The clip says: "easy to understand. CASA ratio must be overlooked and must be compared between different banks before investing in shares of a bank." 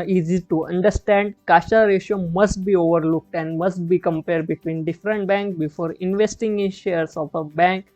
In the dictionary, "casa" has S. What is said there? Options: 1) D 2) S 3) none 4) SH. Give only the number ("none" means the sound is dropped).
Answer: 4